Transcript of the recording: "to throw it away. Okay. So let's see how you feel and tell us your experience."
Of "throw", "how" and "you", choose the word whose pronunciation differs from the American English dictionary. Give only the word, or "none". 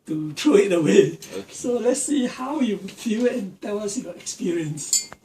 throw